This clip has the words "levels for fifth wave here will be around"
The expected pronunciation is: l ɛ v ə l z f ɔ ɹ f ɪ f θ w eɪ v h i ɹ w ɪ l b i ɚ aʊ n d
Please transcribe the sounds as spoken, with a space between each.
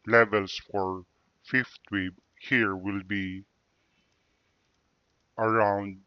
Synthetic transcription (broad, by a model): l ɛ v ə l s f ɔ ɹ f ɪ f t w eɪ b h i ɹ w ɪ l b i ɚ aʊ n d